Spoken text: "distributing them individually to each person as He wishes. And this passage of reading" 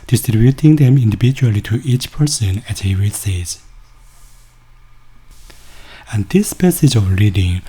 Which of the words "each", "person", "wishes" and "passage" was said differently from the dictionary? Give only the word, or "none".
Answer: wishes